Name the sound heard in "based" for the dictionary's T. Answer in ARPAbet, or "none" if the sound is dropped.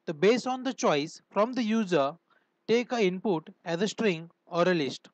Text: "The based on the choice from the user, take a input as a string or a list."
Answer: none